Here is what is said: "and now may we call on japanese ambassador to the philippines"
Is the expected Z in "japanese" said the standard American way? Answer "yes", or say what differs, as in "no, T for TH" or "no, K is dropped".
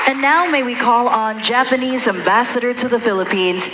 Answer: yes